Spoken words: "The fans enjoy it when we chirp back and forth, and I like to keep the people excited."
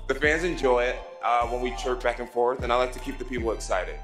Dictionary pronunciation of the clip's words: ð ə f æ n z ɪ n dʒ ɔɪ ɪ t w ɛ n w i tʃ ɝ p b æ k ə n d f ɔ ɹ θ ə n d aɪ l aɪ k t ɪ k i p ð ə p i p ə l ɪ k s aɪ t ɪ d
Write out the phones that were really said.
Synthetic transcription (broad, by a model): ð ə f æ n z ɪ n dʒ ɔɪ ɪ t w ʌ n w i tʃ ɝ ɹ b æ k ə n f ɔ ɹ θ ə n aɪ l aɪ k t ɪ k i p ð ə p i p l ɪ k s aɪ t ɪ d